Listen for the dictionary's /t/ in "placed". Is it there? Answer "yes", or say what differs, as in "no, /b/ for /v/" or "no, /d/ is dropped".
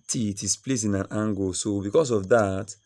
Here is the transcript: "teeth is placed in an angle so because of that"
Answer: no, /t/ is dropped